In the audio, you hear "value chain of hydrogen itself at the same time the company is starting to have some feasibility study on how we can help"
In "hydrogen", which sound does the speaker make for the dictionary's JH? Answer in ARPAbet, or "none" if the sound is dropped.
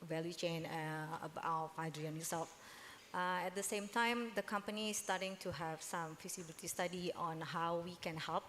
none